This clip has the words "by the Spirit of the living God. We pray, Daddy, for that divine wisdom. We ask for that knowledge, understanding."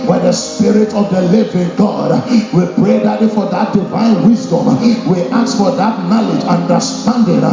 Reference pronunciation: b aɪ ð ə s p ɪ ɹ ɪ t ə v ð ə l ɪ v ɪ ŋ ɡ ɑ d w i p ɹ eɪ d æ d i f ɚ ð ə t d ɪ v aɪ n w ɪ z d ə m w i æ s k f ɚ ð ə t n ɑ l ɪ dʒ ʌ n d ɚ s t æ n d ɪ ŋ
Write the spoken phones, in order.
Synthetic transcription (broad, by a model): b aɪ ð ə s p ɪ ɹ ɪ t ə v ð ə l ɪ v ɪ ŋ ɡ ɑ d w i p ɹ eɪ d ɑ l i f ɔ ð ə t d ɪ v aɪ n w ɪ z d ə m w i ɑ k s f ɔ ð ə t n ɑ l ɪ dʒ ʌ n d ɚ s t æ n d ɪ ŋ